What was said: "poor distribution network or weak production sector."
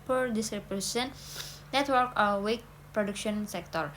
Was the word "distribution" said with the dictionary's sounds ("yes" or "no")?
no